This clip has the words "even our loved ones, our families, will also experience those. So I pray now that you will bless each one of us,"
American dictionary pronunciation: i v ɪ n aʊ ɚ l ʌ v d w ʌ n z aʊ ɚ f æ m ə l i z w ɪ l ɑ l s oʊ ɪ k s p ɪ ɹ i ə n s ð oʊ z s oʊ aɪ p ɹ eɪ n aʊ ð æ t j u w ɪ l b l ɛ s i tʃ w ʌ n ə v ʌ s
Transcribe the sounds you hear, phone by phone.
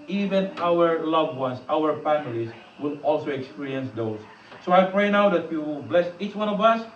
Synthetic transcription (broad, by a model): i v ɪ n aʊ ɚ l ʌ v w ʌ n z aʊ ɚ f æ m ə l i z w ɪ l ɑ l s oʊ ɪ k s p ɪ ɹ i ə n s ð oʊ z s oʊ aɪ p ɹ eɪ n aʊ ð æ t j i w ɪ l b l ɛ s i tʃ w ʌ n ə v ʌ s